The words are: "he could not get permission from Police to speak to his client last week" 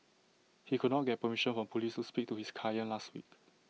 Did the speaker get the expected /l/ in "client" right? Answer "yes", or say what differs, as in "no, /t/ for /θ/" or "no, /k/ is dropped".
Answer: no, /l/ is dropped